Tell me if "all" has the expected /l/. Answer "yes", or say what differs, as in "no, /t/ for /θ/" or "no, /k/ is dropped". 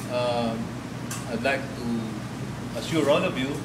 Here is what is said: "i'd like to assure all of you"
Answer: no, /n/ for /l/